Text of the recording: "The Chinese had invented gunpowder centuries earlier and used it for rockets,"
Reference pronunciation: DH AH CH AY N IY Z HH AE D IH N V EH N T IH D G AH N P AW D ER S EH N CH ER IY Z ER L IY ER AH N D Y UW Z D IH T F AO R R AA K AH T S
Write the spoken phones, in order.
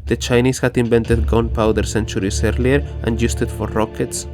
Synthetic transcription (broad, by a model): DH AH CH AY N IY S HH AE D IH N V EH N T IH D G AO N P AW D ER S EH N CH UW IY S ER L IY ER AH N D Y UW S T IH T F AO R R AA K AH T S